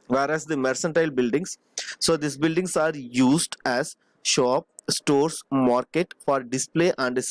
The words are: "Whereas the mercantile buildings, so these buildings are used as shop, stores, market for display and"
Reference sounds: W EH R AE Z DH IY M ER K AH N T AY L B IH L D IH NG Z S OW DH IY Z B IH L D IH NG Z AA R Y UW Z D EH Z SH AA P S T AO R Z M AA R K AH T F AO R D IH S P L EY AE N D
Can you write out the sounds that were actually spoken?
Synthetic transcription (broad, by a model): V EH R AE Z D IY M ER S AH N T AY L B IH L D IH NG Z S OW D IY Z B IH L D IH NG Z AA R Y UW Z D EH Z SH AA P S T AO R S M AA R K AH T F AO R D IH S P L EY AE N D